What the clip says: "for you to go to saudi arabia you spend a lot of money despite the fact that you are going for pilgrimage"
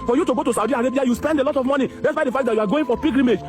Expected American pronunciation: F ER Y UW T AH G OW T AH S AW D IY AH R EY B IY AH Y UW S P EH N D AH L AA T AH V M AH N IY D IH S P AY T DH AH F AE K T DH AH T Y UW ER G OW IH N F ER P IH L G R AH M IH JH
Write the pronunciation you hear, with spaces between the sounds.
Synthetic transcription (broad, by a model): F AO Y UW T AH G OW T AH S AW D IY AH R EY B IY AH Y UW S P EH N D AH L AA T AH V M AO N IY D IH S B AY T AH F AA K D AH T Y UW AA G OW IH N F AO P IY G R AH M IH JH